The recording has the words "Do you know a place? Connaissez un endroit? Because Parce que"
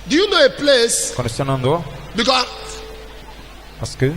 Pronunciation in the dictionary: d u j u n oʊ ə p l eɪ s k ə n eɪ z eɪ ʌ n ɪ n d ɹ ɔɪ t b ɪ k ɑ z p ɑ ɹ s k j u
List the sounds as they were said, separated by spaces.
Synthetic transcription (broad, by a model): d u j u n oʊ ə p l eɪ s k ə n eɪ s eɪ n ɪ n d ɔɪ b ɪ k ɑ p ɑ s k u